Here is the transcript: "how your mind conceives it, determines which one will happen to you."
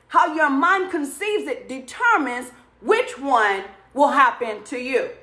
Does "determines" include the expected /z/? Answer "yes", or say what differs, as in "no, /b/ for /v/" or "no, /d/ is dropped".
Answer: yes